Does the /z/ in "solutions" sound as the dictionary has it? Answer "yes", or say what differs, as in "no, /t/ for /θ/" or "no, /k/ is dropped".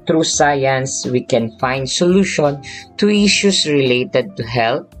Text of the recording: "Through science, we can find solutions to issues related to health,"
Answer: no, /z/ is dropped